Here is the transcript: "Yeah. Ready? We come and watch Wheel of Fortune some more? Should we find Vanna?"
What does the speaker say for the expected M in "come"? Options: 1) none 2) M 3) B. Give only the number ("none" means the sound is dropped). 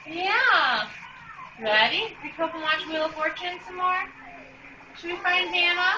1